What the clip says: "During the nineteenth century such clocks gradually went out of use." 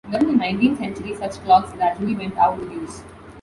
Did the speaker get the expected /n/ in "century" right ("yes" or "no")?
yes